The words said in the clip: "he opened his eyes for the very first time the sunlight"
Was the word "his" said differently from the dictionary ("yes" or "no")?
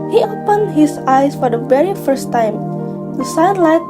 yes